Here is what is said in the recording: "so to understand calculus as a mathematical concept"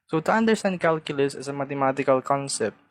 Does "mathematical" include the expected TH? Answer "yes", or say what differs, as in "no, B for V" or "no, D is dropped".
no, T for TH